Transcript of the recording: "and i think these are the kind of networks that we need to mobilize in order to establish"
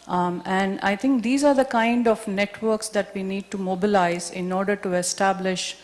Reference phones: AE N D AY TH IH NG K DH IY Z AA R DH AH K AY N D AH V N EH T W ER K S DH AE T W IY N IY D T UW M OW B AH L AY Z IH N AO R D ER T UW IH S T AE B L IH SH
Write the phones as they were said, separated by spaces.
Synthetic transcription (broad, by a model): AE N D AY T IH NG K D IY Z AA R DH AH K AY N D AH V N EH T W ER K S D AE T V IY N IY D T UW M OW B AH L AY Z IH N AO R D ER T UW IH S T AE B L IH SH